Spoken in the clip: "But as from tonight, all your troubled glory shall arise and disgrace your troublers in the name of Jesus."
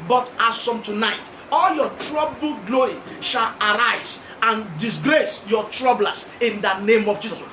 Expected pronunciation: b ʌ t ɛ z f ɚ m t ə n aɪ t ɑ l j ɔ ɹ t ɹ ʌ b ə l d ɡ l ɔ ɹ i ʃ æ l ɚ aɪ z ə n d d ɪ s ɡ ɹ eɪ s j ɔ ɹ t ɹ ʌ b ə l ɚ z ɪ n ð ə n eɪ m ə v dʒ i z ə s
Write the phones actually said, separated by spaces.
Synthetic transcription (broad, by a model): b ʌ t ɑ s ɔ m t ə n aɪ t ɑ l j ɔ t ɹ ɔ b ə l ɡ l ɔ i ʃ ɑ l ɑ aɪ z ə n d d ɪ s ɡ ɹ eɪ s j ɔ t ɹ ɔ b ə l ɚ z ɪ n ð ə n eɪ m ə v dʒ i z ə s